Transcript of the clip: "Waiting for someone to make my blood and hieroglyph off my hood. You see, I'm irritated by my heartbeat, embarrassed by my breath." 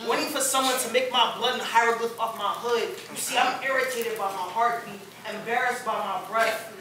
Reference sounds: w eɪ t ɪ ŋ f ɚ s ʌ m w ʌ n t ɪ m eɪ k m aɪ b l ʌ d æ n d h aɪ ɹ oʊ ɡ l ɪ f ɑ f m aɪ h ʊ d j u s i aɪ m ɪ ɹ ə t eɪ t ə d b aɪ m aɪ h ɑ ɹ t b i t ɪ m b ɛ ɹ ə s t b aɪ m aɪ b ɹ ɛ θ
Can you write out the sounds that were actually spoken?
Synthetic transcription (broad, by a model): w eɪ t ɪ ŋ f ɚ s ʌ m w ʌ n t ɪ m eɪ k m aɪ b l ʌ d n h aɪ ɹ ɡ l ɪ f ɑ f m aɪ h ʊ d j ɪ s i aɪ m ɪ ɹ ə t eɪ t ə d b aɪ m aɪ h ɑ ɹ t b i ɪ m b ɛ ɹ ə s t b aɪ m aɪ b ɹ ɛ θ